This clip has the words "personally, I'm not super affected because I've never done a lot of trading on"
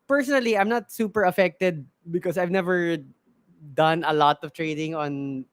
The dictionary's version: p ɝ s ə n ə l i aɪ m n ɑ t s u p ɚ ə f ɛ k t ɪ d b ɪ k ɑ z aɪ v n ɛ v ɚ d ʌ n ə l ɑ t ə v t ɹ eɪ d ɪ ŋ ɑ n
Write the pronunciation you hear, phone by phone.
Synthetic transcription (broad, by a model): p ɝ s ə n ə l i aɪ m n ɑ t s u p ɚ ə f ɛ k t ɪ d b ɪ k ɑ s aɪ v n ɛ v ɚ d ʌ n ə l ɑ t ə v t ɹ eɪ d ɪ ŋ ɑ n